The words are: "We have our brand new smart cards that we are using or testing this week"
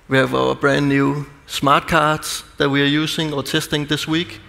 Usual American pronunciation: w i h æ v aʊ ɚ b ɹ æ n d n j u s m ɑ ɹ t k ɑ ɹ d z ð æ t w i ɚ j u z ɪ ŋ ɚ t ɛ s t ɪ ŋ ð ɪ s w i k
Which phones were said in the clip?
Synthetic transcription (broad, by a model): w i h æ v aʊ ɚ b ɹ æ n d n j u s m ɑ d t k ɑ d s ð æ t w i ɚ j u s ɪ ŋ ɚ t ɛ s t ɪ ŋ ð ɪ s w i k